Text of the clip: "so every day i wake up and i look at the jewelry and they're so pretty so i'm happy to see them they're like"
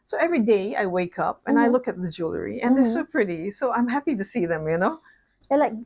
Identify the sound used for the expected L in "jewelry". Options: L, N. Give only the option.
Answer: L